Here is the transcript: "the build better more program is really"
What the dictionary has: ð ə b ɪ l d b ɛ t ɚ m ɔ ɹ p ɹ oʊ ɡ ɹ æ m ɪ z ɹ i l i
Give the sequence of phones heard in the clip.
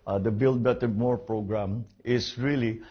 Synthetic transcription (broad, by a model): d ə b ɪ l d b ɛ t ɚ m ɔ ɹ p ɹ oʊ ɡ ɹ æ m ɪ s ɹ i l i